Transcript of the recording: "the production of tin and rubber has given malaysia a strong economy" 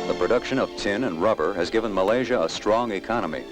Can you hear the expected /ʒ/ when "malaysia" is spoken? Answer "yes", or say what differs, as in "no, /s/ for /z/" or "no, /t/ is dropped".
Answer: yes